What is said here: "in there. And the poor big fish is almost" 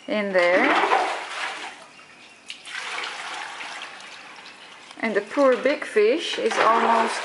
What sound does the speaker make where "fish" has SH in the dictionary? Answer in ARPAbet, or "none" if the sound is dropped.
SH